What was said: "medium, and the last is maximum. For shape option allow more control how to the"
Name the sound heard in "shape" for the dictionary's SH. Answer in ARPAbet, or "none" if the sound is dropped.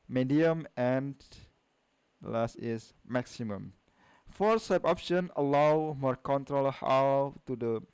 S